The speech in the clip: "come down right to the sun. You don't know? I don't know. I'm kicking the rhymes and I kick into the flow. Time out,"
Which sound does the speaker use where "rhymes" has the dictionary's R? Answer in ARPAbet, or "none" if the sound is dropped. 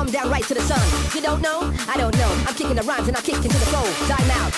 R